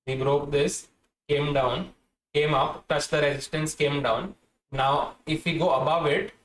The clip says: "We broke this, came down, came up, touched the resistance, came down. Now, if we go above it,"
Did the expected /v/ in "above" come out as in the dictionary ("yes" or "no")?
yes